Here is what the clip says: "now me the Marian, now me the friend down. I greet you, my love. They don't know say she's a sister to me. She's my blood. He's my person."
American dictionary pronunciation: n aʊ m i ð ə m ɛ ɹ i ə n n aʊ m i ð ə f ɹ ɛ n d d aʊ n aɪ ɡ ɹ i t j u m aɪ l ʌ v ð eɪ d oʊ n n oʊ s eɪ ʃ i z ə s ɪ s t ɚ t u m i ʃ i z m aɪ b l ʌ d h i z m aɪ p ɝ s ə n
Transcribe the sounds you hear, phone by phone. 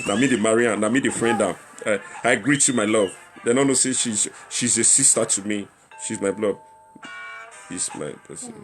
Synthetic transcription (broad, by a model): n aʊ m i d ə m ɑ ɹ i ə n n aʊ m i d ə f ɹ ɛ n d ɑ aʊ aɪ ɡ ɹ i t j u m aɪ l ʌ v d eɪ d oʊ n n oʊ s eɪ ʃ i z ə s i s t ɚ t u m i ʃ i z m aɪ b l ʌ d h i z m aɪ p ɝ s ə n